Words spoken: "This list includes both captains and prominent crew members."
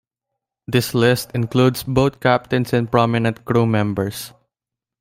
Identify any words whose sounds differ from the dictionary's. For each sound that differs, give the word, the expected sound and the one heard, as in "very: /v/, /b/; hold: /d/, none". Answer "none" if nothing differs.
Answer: includes: /z/, /s/; both: /θ/, /t/; captains: /z/, /s/; members: /z/, /s/